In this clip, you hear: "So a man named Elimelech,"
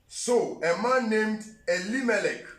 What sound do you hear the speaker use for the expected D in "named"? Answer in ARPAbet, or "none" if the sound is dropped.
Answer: D